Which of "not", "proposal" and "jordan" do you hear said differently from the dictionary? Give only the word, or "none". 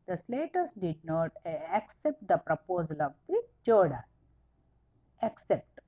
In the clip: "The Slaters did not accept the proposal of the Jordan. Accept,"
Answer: jordan